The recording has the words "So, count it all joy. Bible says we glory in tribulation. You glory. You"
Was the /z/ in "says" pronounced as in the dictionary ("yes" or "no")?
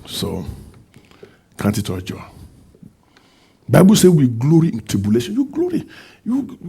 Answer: no